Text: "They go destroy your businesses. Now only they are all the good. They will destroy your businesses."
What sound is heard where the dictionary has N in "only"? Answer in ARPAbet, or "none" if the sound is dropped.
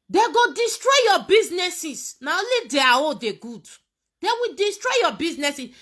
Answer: none